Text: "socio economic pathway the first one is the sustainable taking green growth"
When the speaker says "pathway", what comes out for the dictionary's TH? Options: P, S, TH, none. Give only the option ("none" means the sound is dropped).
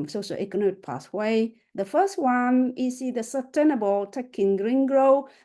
S